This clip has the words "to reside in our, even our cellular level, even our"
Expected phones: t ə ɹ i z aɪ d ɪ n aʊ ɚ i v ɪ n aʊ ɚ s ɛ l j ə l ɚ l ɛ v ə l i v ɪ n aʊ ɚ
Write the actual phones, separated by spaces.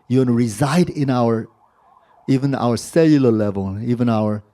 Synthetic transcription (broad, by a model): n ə ɹ i z aɪ d ɪ n aʊ ɚ i v ɪ n aʊ ɚ s ɛ l j ə l ɚ l ɛ v ə l i v ɪ n aʊ ɚ